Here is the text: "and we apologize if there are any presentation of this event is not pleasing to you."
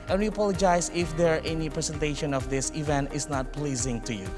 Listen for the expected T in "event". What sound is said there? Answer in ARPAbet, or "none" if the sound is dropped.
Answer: T